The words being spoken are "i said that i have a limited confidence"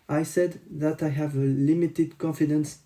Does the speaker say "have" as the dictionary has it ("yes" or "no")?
yes